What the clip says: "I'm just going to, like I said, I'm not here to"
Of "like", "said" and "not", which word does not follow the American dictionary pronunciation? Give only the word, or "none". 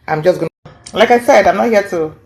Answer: none